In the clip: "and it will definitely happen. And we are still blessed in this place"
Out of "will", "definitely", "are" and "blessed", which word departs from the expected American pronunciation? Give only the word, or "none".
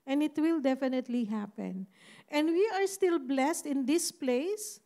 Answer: none